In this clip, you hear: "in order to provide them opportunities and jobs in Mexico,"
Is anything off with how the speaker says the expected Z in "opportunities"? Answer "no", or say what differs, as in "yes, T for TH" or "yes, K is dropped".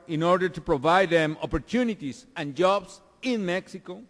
yes, S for Z